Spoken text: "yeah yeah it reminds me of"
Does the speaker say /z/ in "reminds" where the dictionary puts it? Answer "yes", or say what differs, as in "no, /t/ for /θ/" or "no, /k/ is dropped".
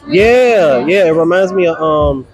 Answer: yes